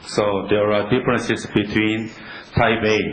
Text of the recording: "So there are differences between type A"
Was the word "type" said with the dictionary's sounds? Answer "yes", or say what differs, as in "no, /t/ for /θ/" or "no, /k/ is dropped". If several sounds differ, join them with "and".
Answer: no, /b/ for /p/